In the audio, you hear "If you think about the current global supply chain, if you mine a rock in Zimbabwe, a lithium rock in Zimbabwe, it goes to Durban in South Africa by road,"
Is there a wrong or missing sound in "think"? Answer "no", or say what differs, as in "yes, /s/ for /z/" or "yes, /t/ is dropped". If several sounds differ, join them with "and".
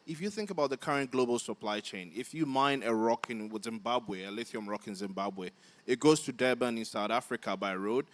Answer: no